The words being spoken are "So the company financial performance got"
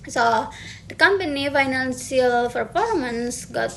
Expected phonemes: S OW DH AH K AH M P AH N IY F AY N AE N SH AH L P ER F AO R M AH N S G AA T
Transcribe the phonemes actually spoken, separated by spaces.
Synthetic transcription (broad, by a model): S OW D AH K AH M P AH N IY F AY N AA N S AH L F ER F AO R M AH N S G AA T